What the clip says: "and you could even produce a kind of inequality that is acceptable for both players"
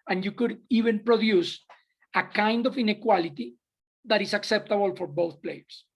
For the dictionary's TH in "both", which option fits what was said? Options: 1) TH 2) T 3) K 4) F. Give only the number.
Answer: 1